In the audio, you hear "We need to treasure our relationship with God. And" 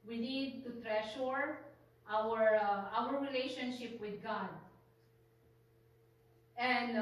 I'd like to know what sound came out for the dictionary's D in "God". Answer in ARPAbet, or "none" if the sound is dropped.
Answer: D